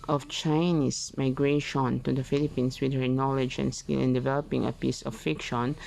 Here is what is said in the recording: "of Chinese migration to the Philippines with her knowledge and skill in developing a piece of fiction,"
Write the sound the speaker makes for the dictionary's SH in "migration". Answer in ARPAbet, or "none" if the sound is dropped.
SH